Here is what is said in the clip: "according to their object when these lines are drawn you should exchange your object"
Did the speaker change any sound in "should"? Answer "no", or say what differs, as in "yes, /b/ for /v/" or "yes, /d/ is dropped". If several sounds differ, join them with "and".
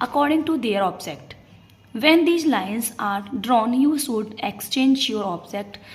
yes, /s/ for /ʃ/